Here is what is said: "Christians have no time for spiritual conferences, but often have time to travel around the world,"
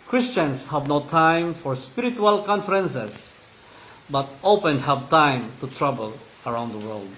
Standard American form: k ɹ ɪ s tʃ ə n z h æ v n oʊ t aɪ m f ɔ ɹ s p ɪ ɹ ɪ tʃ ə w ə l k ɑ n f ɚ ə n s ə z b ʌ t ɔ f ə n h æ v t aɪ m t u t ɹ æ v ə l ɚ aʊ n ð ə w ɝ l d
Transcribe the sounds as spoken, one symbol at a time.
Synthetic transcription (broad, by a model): k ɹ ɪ s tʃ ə n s h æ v n oʊ t aɪ m f ɔ ɹ s p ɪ ɹ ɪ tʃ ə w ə l k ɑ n f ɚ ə n s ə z b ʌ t ɔ p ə n h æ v t aɪ m t u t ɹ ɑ b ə l ɚ aʊ n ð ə w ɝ l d